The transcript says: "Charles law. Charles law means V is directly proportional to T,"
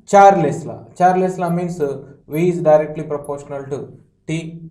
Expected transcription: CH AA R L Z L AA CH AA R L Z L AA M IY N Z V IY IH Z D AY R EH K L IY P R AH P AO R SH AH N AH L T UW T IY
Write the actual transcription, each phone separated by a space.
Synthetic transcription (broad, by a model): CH AA R L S L AA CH AA R L S L AA M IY N S V IY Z D AY R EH K L IY P R AH P AO R SH AH N AH L T UW T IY